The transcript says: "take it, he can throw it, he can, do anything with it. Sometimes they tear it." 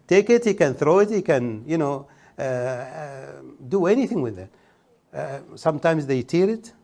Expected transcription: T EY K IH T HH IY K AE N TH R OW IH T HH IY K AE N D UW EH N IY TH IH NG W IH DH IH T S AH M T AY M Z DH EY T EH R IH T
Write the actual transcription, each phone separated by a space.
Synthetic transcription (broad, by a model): T EY K IH T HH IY K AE N TH R OW IH T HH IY K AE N D UW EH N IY TH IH NG W IH DH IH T S AH M T AY M Z DH EY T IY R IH T